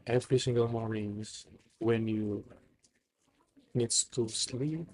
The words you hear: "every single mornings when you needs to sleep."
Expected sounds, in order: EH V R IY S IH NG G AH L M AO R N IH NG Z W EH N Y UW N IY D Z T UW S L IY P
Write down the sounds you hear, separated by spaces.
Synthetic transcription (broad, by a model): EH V R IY S IH NG G AH L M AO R IH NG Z W EH N Y UW N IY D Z T UW S L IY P